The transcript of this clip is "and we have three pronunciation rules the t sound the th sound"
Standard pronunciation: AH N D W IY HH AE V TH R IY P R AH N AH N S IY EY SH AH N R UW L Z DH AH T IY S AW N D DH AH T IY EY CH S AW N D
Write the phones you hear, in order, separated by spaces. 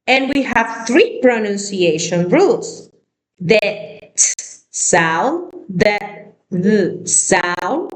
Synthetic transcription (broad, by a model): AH N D W IY HH AE V TH R IY P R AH N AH N S IY EY SH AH N R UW L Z DH AH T S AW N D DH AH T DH S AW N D